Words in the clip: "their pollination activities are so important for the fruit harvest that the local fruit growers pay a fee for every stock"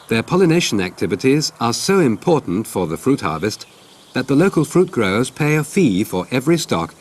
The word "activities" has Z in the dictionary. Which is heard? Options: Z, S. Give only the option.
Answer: Z